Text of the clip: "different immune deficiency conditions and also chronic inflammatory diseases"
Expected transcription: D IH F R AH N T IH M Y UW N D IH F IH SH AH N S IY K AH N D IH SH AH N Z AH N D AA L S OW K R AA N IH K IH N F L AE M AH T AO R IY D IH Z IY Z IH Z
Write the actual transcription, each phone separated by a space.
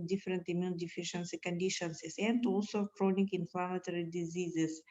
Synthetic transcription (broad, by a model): D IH F R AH N T IH M Y UW N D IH F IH SH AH N S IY K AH N D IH SH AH N S AH N D AA L S OW K R AA N IH K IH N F L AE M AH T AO R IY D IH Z IY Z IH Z